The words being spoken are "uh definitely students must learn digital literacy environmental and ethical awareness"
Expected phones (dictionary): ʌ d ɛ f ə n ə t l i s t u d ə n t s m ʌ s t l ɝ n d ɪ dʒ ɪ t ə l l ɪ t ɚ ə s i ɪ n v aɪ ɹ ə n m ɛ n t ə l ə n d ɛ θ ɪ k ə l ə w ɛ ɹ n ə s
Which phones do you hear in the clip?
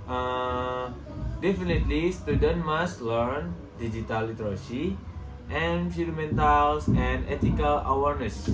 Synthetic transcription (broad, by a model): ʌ d ɛ f ə n ə t l i s t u d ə n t m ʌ s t l ɝ n d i dʒ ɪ t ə l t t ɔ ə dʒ i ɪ n f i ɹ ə m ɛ n t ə l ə n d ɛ t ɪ k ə l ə w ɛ ɹ n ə s